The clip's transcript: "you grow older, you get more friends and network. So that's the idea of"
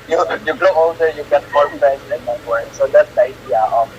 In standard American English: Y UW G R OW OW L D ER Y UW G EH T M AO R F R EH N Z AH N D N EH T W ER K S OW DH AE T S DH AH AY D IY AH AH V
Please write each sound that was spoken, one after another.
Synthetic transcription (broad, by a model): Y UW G L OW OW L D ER Y UW G EH T M AO R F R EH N S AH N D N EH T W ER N S OW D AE T S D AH AY D IY AH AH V